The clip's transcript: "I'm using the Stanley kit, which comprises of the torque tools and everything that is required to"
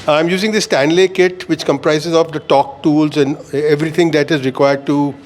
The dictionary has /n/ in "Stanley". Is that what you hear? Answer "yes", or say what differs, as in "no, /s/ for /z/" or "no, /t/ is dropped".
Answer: yes